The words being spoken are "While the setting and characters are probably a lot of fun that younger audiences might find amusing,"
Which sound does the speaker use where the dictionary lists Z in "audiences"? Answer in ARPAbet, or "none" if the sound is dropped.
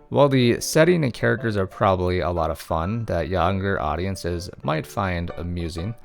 Z